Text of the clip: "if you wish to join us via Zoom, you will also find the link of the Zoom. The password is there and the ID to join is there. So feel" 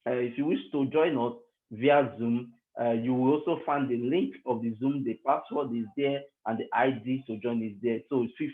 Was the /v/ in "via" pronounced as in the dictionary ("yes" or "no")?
yes